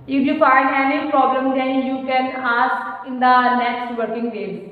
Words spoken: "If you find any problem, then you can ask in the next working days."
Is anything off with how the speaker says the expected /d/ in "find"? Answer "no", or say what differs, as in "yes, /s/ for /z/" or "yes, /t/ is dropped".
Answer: yes, /d/ is dropped